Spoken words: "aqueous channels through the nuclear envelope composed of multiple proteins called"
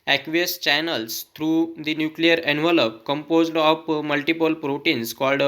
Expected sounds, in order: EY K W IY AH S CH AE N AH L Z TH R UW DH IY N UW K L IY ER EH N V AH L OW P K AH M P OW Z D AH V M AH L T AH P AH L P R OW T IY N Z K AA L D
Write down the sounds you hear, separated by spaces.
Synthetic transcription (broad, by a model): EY K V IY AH S CH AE N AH L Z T R UW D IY N UW K L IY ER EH N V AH L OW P K AH M P OW Z D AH P M AH L T AH P AH L P R OW T IY N S K AA L D